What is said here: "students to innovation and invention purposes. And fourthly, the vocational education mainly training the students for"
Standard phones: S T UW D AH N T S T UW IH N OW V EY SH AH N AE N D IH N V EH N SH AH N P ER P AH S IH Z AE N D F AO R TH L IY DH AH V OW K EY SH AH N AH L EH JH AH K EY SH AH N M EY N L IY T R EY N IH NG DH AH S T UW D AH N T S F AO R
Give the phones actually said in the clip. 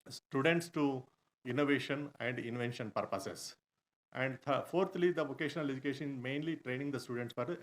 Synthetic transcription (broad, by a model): S T UW D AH N T S T UW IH N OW V EY SH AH N AE N D IH N V EH N SH AH N P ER P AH S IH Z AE N D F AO R T L IY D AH V OW K EY SH AH N AH L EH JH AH K EY SH AH N M EY N L IY T R EY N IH NG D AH S T UW D AH N T S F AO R